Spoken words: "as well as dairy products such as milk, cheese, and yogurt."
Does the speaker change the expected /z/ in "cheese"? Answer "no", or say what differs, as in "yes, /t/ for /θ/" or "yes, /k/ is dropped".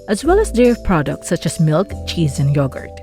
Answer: no